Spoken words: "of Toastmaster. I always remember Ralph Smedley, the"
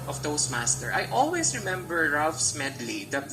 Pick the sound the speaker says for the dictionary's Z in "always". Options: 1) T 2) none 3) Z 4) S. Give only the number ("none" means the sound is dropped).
4